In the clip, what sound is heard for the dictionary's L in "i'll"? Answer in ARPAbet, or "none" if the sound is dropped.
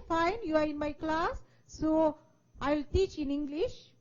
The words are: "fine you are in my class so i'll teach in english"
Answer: L